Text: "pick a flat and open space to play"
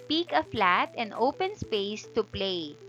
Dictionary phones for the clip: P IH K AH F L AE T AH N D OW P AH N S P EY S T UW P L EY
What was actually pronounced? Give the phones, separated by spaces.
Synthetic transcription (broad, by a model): P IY K AH F L AE T AH N D OW P AH N S P EY S T UW P L EY